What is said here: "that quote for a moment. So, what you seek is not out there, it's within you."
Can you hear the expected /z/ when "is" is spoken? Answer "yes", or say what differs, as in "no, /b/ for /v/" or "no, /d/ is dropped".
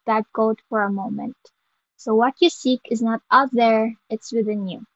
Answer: yes